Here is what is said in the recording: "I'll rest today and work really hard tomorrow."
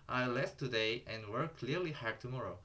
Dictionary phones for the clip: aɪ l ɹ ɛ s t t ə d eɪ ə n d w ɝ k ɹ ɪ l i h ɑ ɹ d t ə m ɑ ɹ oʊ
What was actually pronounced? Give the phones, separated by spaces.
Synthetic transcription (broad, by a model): aɪ l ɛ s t t ə d eɪ ə n d w ɝ k l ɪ l i h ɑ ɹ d t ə m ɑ ɹ oʊ